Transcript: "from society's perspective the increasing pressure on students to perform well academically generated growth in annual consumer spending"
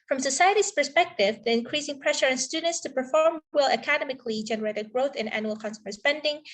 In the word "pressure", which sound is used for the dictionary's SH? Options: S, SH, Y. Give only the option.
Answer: SH